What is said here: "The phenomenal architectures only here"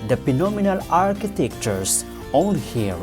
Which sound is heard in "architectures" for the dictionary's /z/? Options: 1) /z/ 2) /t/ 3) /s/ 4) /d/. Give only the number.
3